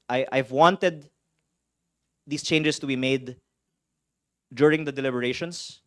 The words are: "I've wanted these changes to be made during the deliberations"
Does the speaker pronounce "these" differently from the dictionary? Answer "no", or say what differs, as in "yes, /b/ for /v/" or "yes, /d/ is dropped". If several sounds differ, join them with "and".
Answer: yes, /s/ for /z/